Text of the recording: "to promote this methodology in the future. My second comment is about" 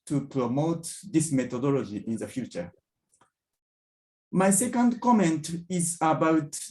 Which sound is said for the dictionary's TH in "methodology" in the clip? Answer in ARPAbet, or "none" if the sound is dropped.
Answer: T